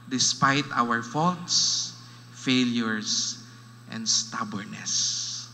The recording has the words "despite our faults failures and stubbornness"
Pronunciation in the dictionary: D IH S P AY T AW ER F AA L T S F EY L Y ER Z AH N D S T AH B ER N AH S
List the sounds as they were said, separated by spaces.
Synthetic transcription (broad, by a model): D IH S P AY T AW ER F AA L T S F EY L Y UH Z AH N D S T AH B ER N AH S